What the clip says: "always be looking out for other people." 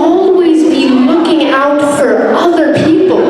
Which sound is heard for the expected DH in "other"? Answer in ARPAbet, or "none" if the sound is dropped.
DH